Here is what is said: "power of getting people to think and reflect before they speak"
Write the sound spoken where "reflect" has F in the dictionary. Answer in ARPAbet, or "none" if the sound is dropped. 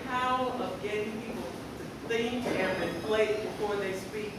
P